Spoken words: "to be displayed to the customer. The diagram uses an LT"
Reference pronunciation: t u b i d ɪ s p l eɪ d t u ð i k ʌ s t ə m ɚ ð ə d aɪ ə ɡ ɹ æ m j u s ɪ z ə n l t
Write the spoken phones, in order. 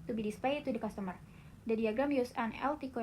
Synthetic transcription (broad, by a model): t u b i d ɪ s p eɪ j t u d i k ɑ s t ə m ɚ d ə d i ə ɡ ɹ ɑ m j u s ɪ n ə l t